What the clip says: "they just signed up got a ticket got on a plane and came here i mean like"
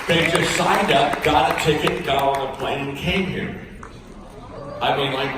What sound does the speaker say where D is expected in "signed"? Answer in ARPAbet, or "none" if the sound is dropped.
D